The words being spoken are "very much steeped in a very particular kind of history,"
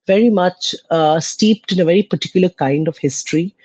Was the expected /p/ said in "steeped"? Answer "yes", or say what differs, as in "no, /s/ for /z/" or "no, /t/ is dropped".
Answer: yes